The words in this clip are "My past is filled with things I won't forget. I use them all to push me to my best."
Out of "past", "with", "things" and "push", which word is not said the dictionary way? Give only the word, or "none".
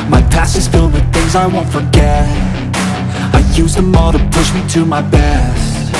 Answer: past